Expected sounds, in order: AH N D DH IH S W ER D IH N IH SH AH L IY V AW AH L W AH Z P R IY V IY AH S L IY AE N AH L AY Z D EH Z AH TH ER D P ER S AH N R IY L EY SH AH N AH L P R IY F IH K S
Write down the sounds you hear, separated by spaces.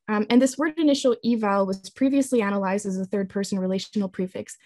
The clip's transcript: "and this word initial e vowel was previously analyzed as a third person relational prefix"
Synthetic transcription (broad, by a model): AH N DH IH S W ER D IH N IH SH L IY V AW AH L W AH Z P R IY V IY AH S L IY AE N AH L AY Z D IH Z AH TH ER D P ER S N R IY L EY SH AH N L P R IY F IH K S